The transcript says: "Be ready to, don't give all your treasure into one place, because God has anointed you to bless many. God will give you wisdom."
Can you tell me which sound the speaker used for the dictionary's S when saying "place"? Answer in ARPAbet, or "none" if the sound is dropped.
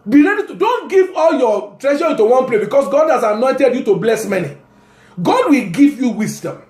none